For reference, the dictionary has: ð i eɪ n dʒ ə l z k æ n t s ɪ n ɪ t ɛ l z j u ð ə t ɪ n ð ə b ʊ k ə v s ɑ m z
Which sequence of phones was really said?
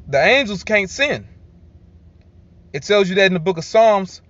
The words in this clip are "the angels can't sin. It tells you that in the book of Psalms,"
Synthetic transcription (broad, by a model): ð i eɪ n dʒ l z k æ n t s ɪ n ɪ t ɛ l z j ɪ ð ə t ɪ n ð ə b ʊ k ə v s ɑ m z